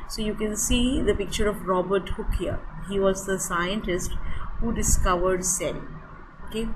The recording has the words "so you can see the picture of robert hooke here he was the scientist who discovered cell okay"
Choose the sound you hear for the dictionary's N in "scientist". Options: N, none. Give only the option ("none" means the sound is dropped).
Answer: N